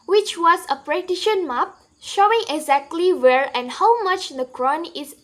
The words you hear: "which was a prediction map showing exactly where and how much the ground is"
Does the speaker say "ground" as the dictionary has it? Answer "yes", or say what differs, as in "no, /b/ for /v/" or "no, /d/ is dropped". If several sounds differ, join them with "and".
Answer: no, /d/ is dropped